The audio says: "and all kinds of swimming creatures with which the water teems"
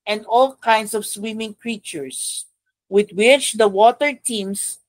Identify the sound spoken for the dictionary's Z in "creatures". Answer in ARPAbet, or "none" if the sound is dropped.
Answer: S